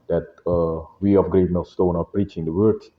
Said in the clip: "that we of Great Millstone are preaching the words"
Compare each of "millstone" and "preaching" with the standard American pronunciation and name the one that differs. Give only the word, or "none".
millstone